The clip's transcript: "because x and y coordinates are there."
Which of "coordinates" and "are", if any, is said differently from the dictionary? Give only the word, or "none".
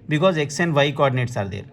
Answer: none